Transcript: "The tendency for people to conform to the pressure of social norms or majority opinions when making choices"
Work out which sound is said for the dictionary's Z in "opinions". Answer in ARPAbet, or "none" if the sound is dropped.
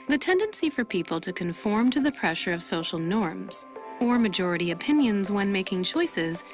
Z